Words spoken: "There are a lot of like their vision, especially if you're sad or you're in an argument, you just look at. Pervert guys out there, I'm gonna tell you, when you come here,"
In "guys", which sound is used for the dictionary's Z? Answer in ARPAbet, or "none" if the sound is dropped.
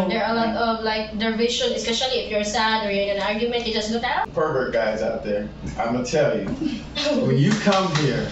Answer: Z